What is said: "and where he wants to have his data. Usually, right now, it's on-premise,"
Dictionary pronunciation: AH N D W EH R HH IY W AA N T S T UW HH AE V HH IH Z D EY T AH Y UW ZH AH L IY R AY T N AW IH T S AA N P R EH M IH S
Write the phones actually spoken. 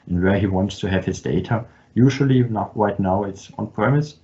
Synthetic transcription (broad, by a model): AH N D W EH R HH IY W AA N T S T UW HH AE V HH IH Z D EY T AH Y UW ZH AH N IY R AY T N AW IH T S AA N P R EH M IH S